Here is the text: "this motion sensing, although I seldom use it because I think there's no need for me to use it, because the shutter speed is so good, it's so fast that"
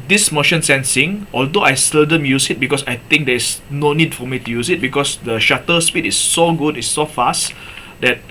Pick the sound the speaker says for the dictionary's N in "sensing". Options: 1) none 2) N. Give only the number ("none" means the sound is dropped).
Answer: 2